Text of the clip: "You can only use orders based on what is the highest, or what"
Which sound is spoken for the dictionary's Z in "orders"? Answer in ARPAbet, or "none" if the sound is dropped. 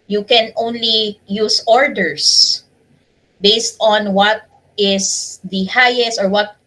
S